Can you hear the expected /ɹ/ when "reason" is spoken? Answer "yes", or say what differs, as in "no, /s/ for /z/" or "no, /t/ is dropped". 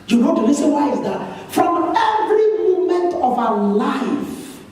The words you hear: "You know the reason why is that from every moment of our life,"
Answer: no, /l/ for /ɹ/